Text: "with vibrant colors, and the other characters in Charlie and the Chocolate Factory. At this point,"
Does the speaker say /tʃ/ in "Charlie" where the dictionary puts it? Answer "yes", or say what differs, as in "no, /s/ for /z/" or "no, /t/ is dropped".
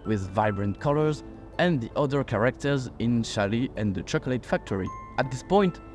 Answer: no, /ʃ/ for /tʃ/